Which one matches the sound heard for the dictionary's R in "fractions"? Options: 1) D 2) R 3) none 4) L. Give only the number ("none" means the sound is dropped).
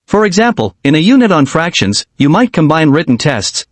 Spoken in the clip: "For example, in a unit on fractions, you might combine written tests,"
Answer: 2